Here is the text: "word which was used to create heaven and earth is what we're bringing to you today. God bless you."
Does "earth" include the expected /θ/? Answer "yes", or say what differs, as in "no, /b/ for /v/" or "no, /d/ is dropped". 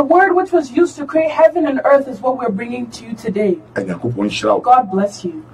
yes